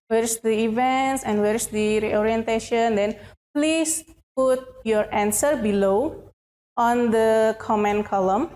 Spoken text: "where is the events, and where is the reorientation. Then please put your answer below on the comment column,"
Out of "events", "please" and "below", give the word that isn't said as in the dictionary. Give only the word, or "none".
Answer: please